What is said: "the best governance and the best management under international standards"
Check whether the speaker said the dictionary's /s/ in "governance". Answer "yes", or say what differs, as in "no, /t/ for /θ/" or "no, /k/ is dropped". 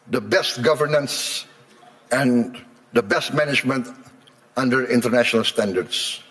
yes